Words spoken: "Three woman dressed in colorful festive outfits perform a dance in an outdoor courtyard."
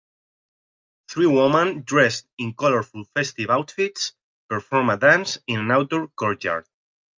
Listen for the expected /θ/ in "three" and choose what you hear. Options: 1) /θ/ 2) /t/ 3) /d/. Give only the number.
1